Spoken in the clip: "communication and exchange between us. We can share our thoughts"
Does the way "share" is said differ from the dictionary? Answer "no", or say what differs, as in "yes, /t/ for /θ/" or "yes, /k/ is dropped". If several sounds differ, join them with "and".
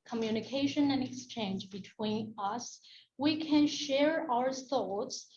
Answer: no